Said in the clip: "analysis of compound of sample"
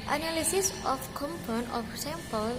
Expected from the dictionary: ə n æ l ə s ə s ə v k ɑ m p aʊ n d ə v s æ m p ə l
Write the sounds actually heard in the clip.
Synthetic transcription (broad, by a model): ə n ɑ l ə s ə s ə f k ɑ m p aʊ n ə f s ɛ m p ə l